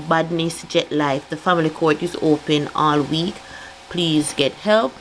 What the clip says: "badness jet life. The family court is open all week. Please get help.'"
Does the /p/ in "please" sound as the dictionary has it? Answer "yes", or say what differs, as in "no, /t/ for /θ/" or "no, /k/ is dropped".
yes